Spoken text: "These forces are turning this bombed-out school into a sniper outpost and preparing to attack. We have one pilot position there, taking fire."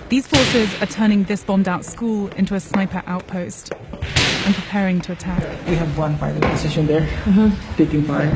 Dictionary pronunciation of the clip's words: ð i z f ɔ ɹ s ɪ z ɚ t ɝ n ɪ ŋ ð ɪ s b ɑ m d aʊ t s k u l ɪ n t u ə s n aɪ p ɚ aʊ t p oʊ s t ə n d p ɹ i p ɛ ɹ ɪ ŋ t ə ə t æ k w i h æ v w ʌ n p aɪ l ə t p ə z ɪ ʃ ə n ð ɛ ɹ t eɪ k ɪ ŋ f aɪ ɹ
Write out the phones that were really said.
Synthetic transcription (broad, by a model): ð i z f ɔ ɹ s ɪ z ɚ t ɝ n ɪ ŋ ð ɪ s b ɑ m d aʊ t s k u l ɪ n t u ə s n aɪ p ɚ aʊ t p oʊ s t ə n p ɹ i p ɛ ɹ ɪ ŋ t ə ə t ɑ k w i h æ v w ʌ n f aɪ n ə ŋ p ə s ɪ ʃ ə n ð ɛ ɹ t eɪ k ɪ ŋ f aɪ